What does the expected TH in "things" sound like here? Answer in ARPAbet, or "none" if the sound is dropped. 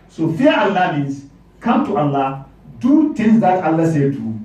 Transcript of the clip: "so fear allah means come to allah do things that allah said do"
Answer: T